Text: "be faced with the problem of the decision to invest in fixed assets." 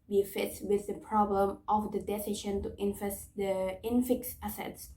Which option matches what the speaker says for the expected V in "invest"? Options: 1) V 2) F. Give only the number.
2